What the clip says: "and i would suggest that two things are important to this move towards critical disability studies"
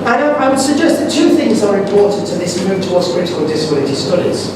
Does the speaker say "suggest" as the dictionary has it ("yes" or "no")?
yes